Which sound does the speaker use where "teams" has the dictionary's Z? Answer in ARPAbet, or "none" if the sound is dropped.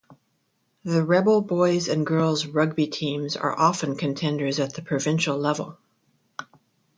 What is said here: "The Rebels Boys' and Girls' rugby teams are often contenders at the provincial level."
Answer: Z